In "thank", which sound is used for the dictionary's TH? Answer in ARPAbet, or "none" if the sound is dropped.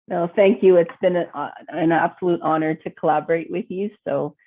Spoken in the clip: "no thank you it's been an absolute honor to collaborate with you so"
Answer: TH